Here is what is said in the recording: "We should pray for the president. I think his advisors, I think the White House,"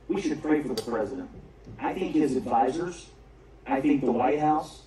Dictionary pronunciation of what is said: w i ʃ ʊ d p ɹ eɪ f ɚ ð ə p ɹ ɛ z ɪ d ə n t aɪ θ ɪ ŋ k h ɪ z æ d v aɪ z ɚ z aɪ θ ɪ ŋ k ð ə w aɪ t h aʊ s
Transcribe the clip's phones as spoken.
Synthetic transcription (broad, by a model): w i ʃ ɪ d p ɹ eɪ f ɚ ð ə p ɹ ɛ z ɪ d ə n t aɪ θ ɪ ŋ k h ɪ z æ d v aɪ z ɚ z aɪ θ ɪ ŋ k ð ə w aɪ t h aʊ s